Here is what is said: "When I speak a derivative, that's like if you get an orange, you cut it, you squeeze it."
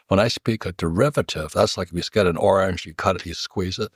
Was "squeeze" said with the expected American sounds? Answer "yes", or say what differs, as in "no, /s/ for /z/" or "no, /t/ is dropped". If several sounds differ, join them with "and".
yes